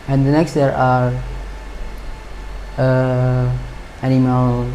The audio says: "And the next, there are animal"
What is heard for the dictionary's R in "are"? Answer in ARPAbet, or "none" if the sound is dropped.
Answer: R